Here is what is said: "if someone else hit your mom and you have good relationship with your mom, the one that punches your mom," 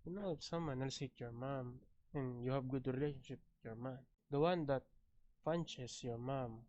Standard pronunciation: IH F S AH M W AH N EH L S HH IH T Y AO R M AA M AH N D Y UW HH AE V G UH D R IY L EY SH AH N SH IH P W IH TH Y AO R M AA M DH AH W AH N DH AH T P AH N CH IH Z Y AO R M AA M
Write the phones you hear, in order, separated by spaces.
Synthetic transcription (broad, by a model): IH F S AH M W AH N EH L S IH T Y AO R M AA M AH N Y UW HH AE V G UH D R IY L EY SH AH N SH IH P Y AO R M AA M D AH W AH N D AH T F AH N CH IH S Y AO R M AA M